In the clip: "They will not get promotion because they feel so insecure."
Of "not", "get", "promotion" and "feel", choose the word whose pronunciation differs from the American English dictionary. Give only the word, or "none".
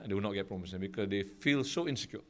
promotion